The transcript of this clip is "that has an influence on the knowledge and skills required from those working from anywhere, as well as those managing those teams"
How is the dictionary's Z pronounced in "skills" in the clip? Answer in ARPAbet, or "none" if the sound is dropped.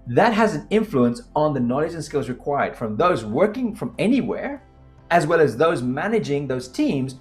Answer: Z